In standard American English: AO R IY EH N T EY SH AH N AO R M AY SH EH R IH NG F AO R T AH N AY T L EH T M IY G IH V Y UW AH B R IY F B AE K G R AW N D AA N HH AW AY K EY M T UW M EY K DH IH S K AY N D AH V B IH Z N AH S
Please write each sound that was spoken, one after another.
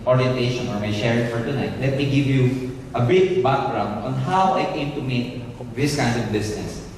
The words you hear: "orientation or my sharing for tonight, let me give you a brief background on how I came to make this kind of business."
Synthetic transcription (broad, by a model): AO R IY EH N T EY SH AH N AO R M AY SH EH R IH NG F AO R T AH N AY T L EH T M IY G IH V Y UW AH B IY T B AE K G R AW N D AA N HH AW AY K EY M T UW M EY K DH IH S K AY N D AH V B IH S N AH S